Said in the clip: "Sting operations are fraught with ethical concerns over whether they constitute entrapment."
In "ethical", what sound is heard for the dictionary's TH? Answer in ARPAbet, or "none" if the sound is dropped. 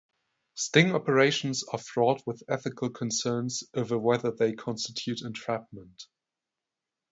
TH